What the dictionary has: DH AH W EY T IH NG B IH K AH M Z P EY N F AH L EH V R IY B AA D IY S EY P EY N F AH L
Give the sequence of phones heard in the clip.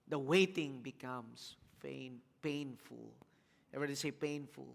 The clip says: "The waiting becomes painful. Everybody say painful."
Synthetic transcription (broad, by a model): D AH W EY T IH NG B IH K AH M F P EY N F AH L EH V IY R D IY S EY P EY N F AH L